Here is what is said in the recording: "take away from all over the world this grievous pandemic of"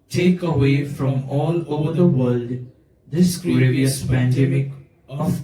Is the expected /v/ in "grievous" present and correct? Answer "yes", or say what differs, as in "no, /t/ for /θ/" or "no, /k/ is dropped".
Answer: no, /v/ is dropped